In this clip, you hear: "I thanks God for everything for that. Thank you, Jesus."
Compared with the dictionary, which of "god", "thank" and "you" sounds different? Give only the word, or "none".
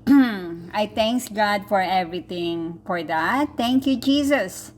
thank